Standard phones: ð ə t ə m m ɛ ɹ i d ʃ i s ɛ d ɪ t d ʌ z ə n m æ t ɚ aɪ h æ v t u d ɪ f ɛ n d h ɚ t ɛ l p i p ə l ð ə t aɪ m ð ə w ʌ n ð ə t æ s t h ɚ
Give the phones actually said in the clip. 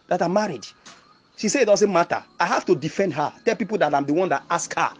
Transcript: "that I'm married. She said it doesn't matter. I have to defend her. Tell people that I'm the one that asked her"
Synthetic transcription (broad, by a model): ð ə t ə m m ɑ ɹ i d ʃ i s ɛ ɪ t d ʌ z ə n m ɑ t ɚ aɪ h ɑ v t u d ɪ f ɛ n d h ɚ t ɛ l p i p ə l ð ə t aɪ m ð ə w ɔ n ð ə t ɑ s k h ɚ